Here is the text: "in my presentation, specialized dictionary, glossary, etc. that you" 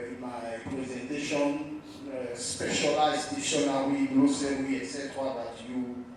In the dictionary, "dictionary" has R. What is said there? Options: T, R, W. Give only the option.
W